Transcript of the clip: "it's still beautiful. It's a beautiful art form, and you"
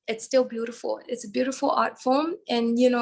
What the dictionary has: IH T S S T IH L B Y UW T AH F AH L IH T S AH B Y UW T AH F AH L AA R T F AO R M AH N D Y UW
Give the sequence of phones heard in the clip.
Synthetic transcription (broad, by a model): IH T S S T IH L B Y UW T AH F AH L IH T S AH B Y UW T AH F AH L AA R T F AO L M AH N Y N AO